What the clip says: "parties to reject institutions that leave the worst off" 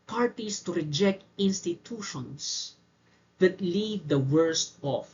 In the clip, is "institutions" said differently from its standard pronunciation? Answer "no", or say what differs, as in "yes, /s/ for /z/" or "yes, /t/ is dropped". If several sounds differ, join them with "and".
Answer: yes, /s/ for /z/